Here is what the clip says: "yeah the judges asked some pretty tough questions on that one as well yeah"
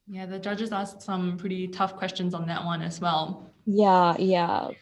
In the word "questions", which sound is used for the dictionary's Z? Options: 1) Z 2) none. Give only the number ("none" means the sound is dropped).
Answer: 1